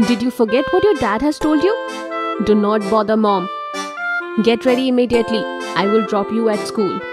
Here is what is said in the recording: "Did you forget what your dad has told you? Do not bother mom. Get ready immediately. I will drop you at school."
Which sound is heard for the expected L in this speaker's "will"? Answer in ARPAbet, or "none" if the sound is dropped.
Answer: L